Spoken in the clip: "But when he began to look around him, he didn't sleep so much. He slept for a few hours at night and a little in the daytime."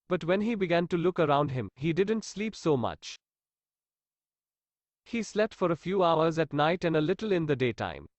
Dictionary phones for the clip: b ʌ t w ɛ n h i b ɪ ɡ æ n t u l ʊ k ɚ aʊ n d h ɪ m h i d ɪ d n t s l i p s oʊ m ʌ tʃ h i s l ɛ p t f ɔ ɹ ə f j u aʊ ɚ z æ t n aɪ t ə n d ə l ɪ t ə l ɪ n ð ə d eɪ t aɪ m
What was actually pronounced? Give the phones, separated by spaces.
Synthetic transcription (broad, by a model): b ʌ t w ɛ n h i b ɪ ɡ æ n t u l ʊ k ɚ aʊ n d h ɪ m h i d ɪ d n t s l i p s oʊ m ʌ tʃ h i s l ɛ p t f ɔ ɹ ə f j u aʊ ɚ z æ t n aɪ t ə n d ə l ɪ t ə l ɪ n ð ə d eɪ t aɪ m